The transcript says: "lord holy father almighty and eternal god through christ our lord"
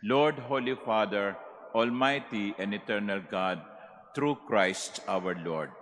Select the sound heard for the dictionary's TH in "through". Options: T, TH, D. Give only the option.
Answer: T